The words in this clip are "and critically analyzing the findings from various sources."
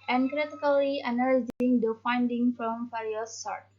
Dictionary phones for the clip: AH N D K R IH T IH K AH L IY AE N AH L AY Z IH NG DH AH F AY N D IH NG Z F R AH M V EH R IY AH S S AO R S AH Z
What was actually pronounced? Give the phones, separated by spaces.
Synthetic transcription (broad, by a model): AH N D K R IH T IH K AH L IY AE N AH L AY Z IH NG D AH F AY N D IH NG F R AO M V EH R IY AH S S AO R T